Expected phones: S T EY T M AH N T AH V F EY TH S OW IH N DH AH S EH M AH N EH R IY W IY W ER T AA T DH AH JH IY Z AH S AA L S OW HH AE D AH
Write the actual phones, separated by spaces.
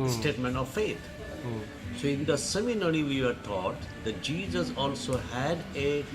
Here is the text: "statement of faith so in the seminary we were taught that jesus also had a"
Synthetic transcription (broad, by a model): S T EY T M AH N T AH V F EY T S OW IH N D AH S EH M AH N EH R IY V IY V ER T AA T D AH JH IY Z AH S AA L S OW HH AE D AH